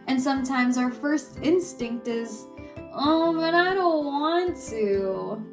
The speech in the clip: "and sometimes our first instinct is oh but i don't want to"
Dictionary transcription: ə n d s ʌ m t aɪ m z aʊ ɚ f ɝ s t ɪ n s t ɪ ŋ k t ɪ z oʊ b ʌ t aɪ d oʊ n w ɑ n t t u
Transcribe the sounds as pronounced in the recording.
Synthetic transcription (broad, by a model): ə n s ʌ m t aɪ m z aʊ ɚ f ɝ s t ɪ n s t ɪ ŋ k t ɪ z oʊ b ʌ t aɪ d oʊ n w ɑ n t t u